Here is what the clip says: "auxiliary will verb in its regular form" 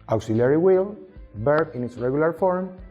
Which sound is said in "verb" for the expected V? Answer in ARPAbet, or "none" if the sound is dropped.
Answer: B